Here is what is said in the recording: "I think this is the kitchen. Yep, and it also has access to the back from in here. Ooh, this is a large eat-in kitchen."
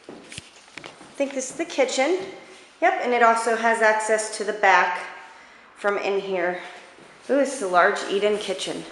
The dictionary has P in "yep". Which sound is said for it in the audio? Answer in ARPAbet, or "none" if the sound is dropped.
P